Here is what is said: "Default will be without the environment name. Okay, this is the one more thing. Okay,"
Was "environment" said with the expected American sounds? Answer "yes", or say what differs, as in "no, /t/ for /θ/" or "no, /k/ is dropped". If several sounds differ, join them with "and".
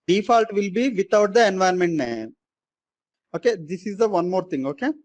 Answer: no, /ɹ/ is dropped